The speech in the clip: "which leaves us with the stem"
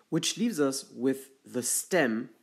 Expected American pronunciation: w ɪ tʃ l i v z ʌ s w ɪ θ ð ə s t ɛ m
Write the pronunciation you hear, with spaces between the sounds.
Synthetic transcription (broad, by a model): w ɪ tʃ l i v z ʌ s w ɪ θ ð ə s t ɛ m